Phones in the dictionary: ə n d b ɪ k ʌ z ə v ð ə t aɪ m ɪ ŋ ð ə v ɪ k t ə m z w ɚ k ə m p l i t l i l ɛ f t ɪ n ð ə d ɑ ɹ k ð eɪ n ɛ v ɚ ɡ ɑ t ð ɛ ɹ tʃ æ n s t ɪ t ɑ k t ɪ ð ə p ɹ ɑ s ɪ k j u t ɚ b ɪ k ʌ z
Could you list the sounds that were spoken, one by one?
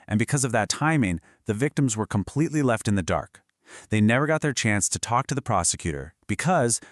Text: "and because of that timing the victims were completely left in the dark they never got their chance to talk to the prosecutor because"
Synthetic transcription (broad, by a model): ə n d b ɪ k ʌ z ə v ð ə t aɪ m ɪ ŋ ð ə v ɪ k t ə m z w ɚ k ə m p l i t l i l ɛ f t ɪ n ð ə d ɑ ɹ k ð eɪ n ɛ v ɚ ɡ ɑ t ð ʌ ɹ tʃ æ n s t ɪ t ɑ k t ɪ ð ə p ɹ ɑ s ɪ k j u t ɚ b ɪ k ʌ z